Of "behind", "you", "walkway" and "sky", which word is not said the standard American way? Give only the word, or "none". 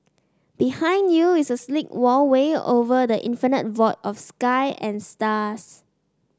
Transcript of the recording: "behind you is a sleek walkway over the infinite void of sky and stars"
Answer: walkway